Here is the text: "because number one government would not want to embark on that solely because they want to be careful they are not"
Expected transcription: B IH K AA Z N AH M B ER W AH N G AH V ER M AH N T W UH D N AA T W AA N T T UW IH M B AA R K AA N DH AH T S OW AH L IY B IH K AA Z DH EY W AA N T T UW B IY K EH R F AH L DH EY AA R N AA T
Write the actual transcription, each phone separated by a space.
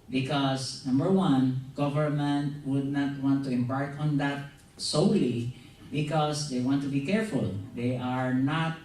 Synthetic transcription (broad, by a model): B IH K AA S N AH M B ER W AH N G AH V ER M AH N T W UH D N AA T W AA N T T UW IH M B AA R K AA N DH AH T S OW AH L IY B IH K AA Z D EY W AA N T T UW B IY K EH R F AH L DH EY AA R N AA T